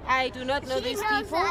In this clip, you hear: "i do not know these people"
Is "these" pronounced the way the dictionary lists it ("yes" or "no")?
no